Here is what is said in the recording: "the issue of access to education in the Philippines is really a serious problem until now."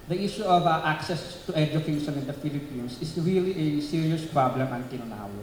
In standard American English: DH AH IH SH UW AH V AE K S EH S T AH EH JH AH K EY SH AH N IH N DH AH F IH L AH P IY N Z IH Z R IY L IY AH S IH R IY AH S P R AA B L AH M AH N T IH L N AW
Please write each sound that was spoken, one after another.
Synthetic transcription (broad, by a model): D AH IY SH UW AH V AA K S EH S T AH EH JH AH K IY S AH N IH N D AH F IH L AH P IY N S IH S R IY L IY AH S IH R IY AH S P R AA B L AH M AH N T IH N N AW